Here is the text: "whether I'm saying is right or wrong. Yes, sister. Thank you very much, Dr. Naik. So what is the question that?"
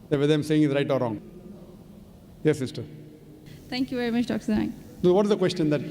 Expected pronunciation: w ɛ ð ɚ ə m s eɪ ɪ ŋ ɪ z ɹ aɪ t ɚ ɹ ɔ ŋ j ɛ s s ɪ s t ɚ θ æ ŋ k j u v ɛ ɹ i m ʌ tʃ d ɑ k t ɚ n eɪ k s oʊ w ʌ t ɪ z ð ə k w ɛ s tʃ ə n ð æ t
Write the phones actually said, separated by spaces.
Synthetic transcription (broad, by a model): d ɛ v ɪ ə m s eɪ ɪ ŋ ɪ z ɹ aɪ t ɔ ɹ ɔ ŋ j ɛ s s ɪ s t ɚ t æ ŋ k j u v ɛ ɹ i m ʌ tʃ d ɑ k s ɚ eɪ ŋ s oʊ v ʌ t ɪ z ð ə k w ɛ s tʃ ə n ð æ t